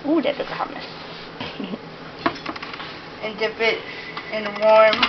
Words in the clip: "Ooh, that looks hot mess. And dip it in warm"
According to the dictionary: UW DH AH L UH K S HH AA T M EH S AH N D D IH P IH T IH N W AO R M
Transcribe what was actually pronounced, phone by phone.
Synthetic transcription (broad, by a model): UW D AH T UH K HH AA M EH S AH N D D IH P IH T IH N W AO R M